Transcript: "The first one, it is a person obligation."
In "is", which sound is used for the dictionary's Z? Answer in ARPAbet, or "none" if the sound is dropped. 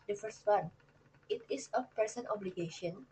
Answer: S